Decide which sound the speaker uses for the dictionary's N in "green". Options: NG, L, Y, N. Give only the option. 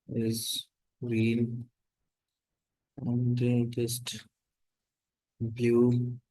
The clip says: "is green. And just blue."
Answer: L